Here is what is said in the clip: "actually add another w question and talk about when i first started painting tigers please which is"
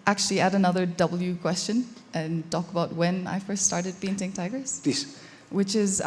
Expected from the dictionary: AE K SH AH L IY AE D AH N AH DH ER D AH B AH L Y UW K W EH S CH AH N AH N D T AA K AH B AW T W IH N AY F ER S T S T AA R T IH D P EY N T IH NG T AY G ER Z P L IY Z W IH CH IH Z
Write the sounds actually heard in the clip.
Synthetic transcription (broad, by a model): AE K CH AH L IY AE D AH N AH DH ER D AH B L Y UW K W EH S CH AH N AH N T AA K AH B AW T W IH N AY F ER S T S T AA R T IH D P EY N T IH NG T AY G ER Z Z W IH CH IH Z